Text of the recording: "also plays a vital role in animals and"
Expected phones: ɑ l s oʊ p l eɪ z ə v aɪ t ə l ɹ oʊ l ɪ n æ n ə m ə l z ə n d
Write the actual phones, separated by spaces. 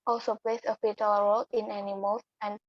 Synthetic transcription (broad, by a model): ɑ l s oʊ p l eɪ s ə f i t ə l ɹ oʊ l ɪ n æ n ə m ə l s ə n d